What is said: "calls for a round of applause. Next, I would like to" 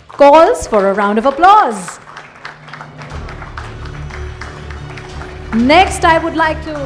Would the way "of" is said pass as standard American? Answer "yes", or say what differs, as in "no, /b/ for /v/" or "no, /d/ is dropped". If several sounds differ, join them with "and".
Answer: yes